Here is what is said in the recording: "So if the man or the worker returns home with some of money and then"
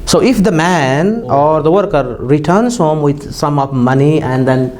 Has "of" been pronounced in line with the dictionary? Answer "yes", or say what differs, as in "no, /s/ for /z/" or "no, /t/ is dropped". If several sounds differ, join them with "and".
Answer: no, /p/ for /v/